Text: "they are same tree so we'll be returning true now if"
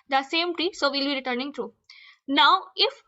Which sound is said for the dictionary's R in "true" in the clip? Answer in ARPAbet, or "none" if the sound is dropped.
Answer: R